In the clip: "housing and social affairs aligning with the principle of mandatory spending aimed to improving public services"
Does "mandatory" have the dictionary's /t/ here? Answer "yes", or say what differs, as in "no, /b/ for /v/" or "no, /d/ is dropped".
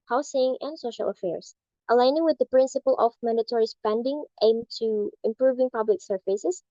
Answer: yes